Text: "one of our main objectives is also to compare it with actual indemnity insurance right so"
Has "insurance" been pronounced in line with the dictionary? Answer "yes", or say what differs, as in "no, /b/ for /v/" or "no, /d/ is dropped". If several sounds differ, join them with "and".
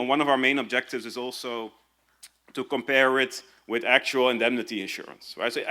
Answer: yes